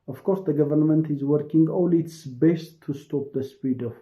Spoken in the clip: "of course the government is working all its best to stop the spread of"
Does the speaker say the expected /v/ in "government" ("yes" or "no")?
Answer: yes